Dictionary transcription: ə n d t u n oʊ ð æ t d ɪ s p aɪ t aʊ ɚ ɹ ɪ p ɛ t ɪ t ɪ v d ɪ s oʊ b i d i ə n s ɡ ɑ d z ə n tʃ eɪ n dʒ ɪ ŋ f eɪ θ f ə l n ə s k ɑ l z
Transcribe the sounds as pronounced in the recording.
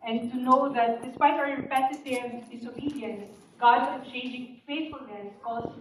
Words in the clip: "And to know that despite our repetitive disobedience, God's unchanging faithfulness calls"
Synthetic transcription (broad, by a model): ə n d t u n oʊ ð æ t d ɪ s p aɪ t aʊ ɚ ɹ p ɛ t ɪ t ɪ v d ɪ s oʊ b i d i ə n ɡ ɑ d ə tʃ eɪ n dʒ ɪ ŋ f eɪ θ f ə l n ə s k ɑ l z